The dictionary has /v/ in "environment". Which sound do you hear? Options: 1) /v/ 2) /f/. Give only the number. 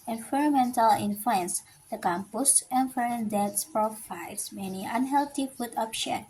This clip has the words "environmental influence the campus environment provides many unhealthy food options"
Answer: 2